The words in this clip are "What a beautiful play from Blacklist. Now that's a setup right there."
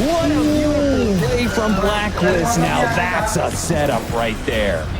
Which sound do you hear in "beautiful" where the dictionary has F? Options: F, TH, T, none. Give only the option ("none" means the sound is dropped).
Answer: none